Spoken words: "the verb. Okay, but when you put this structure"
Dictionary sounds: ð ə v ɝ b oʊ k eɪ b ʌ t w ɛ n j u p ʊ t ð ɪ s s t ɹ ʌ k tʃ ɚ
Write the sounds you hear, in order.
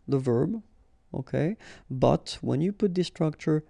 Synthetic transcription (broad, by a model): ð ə v ɝ b oʊ k eɪ b ʌ t w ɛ n j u p ʊ t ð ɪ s s t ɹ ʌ k tʃ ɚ